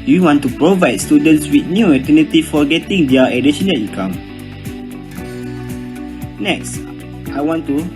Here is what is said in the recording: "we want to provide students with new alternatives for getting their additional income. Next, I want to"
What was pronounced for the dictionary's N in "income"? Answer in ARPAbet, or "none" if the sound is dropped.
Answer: none